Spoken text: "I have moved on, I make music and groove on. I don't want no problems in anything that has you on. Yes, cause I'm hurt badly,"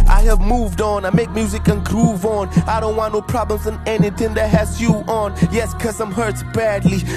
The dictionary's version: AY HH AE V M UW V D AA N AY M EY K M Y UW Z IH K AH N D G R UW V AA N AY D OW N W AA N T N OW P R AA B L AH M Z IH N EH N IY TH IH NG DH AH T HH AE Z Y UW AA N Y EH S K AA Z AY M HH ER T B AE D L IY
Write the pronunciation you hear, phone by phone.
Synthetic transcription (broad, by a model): AY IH V M UW V D N AY M EY K M Y UW Z IH K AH N G R UW V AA N AY D OW N W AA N N OW P R AA B L AH M Z IH N EH N IY TH IH NG DH AH T HH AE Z Y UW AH N Y EH S K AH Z AY M HH ER T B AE D L IY